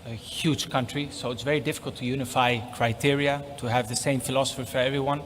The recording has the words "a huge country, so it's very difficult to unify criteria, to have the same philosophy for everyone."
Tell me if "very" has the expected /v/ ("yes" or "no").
yes